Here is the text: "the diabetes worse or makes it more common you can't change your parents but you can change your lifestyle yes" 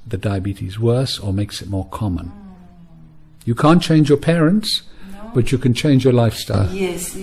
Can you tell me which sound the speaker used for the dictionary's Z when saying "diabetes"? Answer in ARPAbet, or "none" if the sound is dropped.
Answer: Z